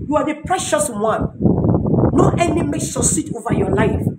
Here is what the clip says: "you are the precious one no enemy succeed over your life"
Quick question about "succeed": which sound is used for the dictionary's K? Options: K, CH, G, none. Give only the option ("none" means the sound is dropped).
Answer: none